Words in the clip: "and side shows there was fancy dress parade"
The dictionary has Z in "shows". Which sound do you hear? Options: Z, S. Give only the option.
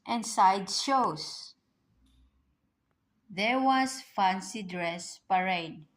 S